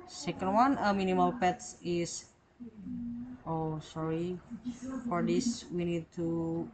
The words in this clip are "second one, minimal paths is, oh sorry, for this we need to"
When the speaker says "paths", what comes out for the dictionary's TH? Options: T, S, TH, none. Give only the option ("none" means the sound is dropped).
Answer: T